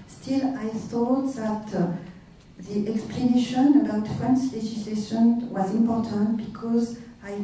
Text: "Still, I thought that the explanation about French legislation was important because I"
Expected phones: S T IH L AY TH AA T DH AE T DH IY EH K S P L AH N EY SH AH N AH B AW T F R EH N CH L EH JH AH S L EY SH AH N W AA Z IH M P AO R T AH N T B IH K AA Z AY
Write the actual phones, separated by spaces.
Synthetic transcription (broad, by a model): S T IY L AY TH AA T DH AE T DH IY EH K S P L AH N EY SH AH N AH B AW T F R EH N S L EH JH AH S L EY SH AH N W AA Z IH M P AO R T AH N T B IH K AA Z AY